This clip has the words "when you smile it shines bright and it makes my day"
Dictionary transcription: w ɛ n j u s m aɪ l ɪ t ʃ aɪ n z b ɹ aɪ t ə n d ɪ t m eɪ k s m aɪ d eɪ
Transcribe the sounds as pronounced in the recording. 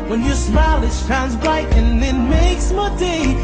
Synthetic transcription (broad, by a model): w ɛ n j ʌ s m aɪ l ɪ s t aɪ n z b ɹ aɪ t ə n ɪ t m eɪ k s m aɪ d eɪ